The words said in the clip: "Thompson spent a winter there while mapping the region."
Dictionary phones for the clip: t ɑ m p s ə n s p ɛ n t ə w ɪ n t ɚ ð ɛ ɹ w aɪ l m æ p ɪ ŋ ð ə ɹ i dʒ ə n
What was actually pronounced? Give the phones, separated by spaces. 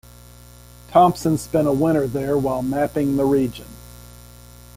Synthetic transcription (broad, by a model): t ɑ m p s ə n s p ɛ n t ə w ɪ t ɚ ð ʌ ɹ w aɪ l m æ p ɪ ŋ ð ə ɹ i dʒ ə n